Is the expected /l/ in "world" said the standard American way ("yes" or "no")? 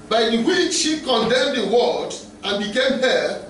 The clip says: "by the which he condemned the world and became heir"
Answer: no